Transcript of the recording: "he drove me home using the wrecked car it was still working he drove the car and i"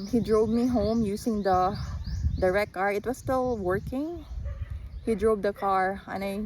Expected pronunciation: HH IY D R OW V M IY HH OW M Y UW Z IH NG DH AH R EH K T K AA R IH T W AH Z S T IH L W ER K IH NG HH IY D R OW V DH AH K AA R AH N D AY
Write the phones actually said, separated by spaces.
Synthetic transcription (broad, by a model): HH IY D R OW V M IY HH OW M Y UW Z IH NG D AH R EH T K AA R IH T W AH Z S T IH L W ER K IH NG HH IY D R OW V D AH K AA R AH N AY